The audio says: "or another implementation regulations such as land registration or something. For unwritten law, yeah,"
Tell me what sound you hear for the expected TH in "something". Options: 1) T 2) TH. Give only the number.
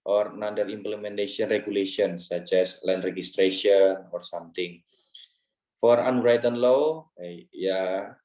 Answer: 1